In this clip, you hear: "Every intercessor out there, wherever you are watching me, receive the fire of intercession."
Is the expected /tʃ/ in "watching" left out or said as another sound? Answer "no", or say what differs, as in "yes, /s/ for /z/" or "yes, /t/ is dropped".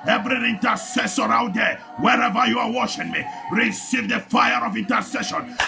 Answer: yes, /ʃ/ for /tʃ/